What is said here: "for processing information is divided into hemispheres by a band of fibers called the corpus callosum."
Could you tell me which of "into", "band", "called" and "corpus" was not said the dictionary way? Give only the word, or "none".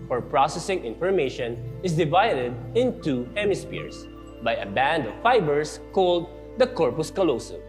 none